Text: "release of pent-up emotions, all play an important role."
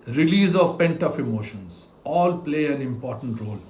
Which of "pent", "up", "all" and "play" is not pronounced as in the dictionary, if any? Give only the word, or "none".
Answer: up